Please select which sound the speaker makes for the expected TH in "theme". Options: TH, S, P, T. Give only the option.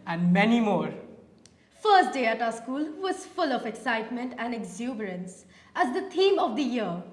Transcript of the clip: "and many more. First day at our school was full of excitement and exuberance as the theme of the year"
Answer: T